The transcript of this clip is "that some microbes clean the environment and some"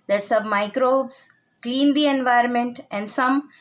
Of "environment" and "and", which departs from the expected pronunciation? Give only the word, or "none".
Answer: none